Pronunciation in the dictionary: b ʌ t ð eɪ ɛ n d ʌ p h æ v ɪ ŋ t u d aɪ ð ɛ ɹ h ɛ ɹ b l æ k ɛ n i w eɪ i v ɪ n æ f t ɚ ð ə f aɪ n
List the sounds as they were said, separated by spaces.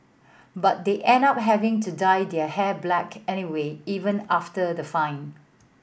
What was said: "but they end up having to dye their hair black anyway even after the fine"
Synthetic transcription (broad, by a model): b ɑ t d eɪ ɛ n ʌ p h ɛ v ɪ ŋ t u d aɪ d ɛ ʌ h ɛ b l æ k ɛ n i w eɪ i v ɪ n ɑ f t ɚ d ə f aɪ n